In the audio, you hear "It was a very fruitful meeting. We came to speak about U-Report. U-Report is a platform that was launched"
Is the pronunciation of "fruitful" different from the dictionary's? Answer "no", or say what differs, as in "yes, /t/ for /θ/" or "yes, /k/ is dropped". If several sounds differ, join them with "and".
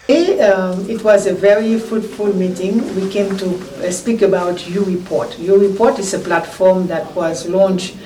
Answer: yes, /ɹ/ is dropped